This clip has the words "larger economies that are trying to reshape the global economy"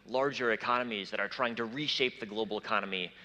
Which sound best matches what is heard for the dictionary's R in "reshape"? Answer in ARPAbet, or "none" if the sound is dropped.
R